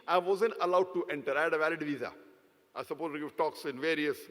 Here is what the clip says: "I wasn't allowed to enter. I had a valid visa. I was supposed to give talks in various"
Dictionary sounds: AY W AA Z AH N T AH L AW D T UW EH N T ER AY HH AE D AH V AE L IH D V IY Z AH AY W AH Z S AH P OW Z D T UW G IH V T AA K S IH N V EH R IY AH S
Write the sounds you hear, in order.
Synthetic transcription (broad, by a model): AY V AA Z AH N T AH L AW D T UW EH N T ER AY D AH V AE L IH D V IY Z AH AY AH S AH P OW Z T UW G IH V T AA K S IH N V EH R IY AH S